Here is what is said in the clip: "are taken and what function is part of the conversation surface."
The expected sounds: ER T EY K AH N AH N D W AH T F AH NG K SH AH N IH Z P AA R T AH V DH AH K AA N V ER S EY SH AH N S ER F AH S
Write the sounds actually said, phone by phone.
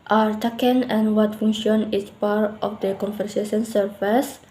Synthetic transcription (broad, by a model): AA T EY K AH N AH N W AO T F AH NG SH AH N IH S P AA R T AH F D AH K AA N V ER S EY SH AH N S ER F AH S